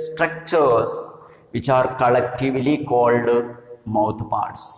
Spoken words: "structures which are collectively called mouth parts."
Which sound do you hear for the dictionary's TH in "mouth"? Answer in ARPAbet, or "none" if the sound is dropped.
T